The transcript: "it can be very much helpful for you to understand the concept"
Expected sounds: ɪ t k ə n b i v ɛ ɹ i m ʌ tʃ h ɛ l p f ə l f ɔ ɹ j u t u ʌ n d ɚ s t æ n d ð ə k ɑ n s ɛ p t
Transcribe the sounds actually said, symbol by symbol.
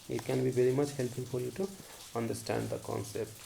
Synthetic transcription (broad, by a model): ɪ t k ə n b i v ɛ ɹ i m ʌ tʃ h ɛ l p ə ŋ f ɔ ɹ j u t u ʌ n d ɚ s t æ n d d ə k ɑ n s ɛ p t